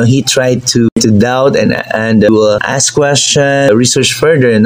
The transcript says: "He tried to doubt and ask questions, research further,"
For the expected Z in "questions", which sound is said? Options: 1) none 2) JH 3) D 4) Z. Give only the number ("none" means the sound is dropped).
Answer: 1